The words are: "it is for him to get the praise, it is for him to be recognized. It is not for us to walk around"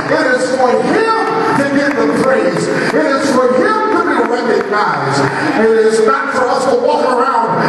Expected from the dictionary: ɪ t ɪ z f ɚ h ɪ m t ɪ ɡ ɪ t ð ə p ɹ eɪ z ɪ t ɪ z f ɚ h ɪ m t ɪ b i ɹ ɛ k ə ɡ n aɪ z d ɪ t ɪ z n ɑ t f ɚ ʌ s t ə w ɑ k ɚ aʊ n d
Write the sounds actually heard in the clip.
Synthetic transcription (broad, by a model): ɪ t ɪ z f ɚ h ɪ m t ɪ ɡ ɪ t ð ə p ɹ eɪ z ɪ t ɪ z f ɚ h ɪ m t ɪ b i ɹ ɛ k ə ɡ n aɪ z ɪ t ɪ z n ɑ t f ɚ ʌ s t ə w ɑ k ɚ aʊ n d